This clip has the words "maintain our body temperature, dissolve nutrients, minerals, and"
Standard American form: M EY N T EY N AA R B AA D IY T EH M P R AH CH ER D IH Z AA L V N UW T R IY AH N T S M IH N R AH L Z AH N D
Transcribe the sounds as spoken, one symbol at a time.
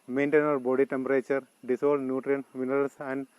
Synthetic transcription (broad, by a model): M EY N T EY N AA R B AA D IY T EH M P R AH CH ER D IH S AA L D N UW T R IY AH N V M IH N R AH L S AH N D